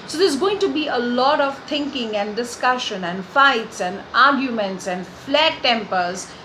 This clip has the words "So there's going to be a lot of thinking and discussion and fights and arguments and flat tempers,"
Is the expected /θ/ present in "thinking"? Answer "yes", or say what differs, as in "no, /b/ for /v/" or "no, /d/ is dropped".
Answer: no, /t/ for /θ/